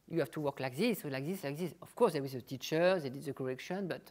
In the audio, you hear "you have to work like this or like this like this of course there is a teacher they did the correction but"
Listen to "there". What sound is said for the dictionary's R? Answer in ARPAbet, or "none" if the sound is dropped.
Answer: W